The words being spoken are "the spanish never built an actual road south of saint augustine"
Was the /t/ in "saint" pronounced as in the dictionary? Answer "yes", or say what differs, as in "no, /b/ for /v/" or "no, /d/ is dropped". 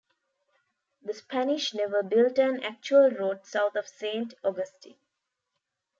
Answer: yes